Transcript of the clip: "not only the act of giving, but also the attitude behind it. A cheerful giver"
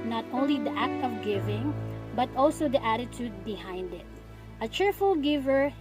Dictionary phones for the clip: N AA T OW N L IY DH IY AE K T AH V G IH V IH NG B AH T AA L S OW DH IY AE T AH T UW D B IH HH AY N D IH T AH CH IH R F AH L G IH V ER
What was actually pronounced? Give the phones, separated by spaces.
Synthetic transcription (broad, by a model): N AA T OW N L IY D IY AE K T AH V G IH V IH NG B AH T AA L S OW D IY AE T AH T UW D B IH HH AY N D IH T AH CH IH R F AH L G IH V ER